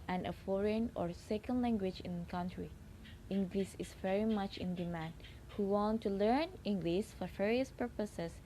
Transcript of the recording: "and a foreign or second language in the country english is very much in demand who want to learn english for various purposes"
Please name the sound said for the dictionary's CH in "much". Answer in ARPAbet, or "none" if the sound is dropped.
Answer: CH